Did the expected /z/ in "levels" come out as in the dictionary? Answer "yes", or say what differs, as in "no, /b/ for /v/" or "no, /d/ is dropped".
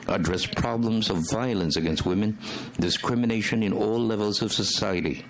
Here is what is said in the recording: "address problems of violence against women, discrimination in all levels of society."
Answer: yes